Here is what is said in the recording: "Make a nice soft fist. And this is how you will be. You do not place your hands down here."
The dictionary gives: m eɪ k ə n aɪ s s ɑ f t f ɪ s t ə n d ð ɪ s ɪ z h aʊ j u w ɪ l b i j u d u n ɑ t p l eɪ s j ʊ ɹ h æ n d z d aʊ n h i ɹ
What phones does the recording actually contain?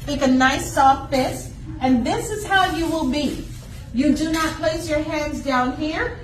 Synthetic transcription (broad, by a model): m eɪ k ə n aɪ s s ɑ f t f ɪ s ə n ð ɪ s ɪ z h aʊ j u w ɪ l b i j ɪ d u n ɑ t p l eɪ s j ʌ ɹ h æ n d z d aʊ n h i ɹ